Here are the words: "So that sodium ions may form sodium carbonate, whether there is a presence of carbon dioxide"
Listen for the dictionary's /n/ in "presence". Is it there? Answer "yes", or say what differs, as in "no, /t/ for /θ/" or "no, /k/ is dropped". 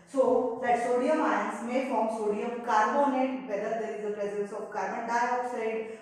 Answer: no, /l/ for /n/